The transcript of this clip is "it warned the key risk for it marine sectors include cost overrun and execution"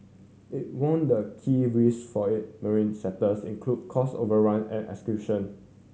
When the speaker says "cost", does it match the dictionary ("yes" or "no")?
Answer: no